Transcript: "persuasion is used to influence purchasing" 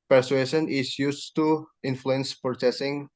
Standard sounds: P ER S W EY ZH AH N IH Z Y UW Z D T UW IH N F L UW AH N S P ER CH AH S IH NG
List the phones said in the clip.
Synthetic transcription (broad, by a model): P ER S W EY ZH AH N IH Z Y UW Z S T UW IH N F L UW AH N S P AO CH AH S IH NG